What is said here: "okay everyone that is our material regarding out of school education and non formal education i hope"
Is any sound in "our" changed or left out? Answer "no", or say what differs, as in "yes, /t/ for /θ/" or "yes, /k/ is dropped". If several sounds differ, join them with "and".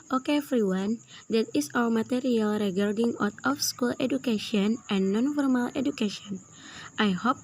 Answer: yes, /w/ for /ɹ/